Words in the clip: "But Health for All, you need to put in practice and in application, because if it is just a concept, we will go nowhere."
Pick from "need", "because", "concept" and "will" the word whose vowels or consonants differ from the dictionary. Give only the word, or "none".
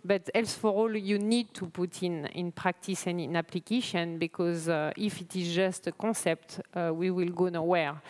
concept